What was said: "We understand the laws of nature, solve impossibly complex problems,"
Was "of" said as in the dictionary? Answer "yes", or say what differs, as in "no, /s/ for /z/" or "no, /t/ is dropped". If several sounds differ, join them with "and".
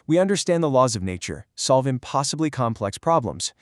yes